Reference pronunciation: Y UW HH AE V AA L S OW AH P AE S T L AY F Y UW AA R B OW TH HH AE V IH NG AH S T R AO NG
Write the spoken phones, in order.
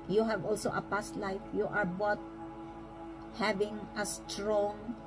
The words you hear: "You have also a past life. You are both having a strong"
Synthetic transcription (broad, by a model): Y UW HH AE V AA L S OW AH P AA S T L AY F Y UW AA R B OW T HH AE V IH NG AH S T R AO NG